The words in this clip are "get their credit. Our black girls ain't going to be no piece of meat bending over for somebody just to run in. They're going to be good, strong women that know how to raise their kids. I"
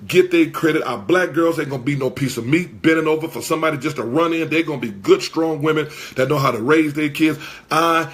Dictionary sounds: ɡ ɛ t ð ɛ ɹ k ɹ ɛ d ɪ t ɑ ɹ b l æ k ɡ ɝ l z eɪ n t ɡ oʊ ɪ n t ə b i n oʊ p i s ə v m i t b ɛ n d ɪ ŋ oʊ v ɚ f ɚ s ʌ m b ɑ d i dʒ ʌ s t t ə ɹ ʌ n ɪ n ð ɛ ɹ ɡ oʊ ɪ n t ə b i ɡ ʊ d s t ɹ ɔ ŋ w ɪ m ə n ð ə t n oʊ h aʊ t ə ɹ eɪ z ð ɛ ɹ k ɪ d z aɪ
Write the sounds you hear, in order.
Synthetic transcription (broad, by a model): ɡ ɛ t ð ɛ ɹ k ɹ ɛ d ɪ t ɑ b l æ k ɡ ɝ l z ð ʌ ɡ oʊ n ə b i n oʊ p i s ə v m i t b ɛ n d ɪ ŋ oʊ v ɚ f ɚ s ʌ m b ɑ d i dʒ ʌ s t t ə ɹ ʌ n ɪ n ð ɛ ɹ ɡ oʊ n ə b i ɡ ʊ d s t ɹ ɔ ŋ w ɪ m ə n ð ə t n oʊ h aʊ t ə ɹ eɪ z ð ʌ ɹ k ɪ d z aɪ